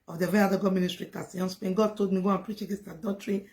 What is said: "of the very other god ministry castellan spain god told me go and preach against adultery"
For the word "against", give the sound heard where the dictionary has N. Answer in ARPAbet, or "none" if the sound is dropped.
none